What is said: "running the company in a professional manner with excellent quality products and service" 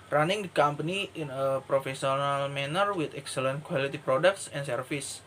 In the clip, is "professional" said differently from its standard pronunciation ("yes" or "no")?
yes